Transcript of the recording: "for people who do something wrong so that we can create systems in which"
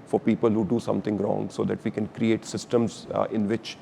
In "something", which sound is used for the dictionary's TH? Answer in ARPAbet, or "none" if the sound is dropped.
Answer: T